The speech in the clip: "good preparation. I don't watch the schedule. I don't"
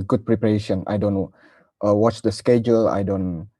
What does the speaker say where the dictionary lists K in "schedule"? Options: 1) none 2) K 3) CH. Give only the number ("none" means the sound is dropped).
2